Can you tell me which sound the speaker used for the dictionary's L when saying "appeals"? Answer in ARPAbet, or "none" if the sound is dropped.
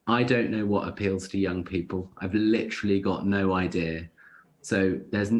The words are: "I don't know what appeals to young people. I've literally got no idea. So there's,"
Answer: L